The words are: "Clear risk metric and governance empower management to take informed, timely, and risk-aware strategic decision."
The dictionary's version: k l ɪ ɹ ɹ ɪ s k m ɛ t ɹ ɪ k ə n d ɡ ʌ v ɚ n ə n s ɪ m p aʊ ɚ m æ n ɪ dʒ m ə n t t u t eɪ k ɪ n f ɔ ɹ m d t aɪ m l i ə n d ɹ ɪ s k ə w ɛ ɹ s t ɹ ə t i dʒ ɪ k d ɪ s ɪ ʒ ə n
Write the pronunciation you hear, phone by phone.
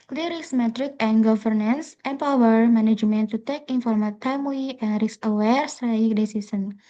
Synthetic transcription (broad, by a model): k l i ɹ ɹ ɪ s m ɛ t ɹ ɪ k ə n ɡ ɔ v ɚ n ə n s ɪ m p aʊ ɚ m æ n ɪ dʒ m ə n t t u t eɪ k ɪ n f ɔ ɹ m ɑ t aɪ m w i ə n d ɹ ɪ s ə w ɛ ɹ s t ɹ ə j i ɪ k d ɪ s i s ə n